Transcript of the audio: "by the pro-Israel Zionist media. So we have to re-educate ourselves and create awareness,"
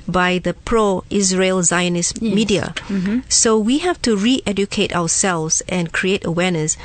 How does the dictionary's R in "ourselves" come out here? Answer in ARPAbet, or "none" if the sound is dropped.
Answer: W